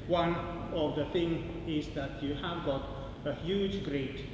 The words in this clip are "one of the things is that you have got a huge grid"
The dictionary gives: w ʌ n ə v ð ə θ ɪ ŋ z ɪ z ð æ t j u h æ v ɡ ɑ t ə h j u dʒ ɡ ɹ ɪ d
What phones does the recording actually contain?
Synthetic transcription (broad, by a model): w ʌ n ə v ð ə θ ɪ ŋ ɪ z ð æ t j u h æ v ɡ ɑ t ə h j u dʒ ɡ ɹ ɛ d